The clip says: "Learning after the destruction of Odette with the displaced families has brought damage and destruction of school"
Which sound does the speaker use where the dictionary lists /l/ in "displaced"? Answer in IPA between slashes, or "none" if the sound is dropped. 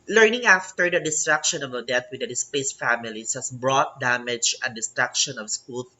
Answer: none